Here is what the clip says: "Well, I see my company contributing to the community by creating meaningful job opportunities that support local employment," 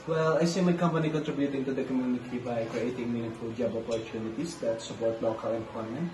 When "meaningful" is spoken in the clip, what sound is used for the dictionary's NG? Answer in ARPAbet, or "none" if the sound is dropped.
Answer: none